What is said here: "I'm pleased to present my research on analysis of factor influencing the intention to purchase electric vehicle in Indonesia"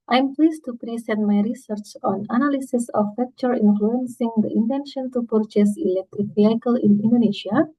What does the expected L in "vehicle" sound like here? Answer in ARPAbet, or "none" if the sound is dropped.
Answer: L